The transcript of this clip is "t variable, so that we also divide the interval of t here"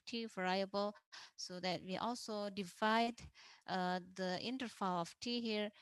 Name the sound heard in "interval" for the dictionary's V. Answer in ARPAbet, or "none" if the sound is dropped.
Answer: F